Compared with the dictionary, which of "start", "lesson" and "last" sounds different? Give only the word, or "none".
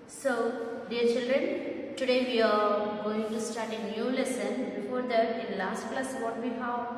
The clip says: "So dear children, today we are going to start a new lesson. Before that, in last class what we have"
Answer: none